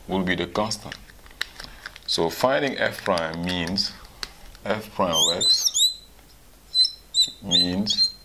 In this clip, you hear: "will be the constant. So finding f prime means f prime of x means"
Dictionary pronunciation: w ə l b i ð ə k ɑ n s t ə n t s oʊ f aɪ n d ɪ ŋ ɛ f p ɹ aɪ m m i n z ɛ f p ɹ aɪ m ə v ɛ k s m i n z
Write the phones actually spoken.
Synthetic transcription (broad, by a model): w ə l b i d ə k ɑ n s t ə n t s oʊ f aɪ n d ɪ ŋ ɛ f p ɹ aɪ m m i n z ɛ f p ɹ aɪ ə w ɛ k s m i n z